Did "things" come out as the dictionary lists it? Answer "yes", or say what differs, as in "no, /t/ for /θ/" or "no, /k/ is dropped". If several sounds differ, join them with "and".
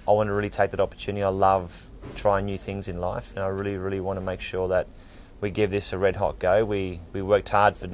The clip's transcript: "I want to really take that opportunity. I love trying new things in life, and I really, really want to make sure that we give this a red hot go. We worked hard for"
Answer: yes